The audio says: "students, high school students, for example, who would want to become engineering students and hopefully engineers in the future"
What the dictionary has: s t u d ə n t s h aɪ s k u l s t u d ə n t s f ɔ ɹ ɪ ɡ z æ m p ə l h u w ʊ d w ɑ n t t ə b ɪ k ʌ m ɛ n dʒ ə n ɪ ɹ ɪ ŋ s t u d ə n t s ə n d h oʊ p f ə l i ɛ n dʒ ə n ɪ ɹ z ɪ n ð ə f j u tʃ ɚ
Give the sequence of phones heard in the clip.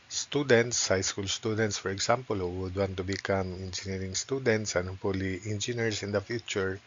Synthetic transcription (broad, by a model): s t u d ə n t s h aɪ s k u l s t u d ə n t s f ɔ ɹ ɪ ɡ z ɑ m p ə l h u w ʊ d w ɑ n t t ə b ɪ k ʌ m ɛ n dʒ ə n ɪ ɹ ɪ ŋ s t u d ə n t s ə n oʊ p ə l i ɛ n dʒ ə n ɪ ɹ s ɪ n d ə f j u tʃ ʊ